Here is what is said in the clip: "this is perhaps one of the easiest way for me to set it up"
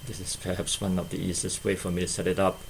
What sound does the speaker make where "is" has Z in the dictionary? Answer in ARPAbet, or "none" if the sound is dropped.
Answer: S